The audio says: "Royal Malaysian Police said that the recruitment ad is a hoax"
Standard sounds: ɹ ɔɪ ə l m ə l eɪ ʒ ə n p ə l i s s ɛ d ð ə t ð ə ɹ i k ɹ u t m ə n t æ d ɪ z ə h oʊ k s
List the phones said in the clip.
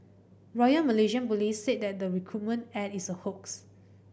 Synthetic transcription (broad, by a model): ɹ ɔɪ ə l m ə l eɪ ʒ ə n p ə l i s s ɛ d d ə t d ə ɹ i k ɹ u t m ə n t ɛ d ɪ s ə h oʊ k s